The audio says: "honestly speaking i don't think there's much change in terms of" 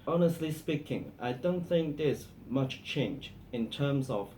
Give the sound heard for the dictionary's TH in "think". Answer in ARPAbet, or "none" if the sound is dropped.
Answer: TH